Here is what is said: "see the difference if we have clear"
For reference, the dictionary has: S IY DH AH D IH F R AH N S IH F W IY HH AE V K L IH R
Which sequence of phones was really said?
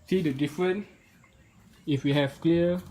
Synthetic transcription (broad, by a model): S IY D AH D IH F R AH N IH F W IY HH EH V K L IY